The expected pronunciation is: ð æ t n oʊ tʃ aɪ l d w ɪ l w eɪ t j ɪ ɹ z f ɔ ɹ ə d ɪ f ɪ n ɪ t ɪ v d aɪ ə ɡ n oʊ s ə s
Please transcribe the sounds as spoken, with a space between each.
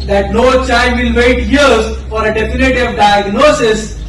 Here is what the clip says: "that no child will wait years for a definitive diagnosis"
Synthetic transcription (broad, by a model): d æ t n oʊ tʃ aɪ n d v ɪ l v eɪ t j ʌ ɹ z f ɔ ɹ ə d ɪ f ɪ n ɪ t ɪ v d aɪ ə ɡ n oʊ s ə s